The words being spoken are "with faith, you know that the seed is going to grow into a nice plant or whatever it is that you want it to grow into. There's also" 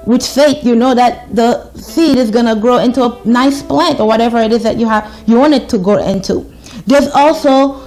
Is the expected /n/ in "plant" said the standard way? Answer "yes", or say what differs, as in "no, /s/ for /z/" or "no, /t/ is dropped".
yes